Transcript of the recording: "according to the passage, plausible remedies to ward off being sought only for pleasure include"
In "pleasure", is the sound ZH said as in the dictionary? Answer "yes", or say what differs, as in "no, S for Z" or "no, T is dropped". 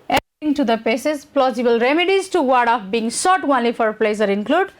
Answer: no, S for ZH